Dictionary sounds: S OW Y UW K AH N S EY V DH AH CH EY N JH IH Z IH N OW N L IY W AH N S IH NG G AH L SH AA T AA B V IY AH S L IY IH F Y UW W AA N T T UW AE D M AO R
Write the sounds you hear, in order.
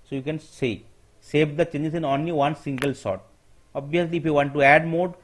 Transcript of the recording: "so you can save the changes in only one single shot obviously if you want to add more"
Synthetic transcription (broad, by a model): S OW Y UW K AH N S EY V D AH CH EY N JH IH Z IH N OW N L IY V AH N S IH NG G AH L S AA T AA B V IY AH S L IY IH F Y UW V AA N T T UW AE D M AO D